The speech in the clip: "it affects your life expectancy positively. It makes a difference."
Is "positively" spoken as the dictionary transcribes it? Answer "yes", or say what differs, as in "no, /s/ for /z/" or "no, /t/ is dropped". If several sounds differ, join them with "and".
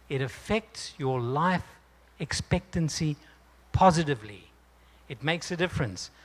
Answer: yes